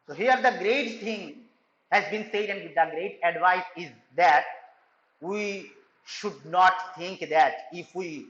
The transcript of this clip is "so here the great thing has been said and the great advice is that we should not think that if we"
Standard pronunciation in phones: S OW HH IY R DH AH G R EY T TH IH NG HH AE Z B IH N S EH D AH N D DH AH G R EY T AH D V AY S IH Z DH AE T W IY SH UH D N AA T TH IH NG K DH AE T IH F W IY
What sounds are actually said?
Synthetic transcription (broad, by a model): S OW HH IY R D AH G R EY T T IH NG HH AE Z B IH N S EH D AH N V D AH G R EY T AH D V AY S IH Z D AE T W IY SH UH D N AA T T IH NG K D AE T IH F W IY